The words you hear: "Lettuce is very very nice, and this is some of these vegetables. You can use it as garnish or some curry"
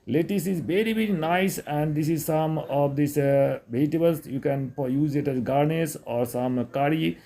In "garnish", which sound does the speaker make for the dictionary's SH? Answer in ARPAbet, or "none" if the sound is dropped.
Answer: S